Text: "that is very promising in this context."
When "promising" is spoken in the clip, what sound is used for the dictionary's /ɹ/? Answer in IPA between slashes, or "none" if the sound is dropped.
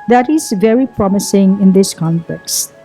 /ɹ/